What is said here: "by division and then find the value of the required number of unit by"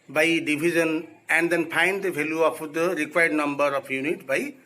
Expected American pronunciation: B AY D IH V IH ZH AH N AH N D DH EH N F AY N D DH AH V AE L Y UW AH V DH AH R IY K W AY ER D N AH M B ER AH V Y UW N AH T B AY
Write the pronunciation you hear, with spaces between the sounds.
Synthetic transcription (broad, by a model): B AY D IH B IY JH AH N AH N D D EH N P AY N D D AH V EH L Y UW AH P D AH R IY K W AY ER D N AH M B ER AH P Y UW N AH T B AY